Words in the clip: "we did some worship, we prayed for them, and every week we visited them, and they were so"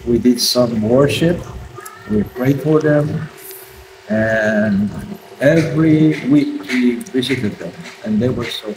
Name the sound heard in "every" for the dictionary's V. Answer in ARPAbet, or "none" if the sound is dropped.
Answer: V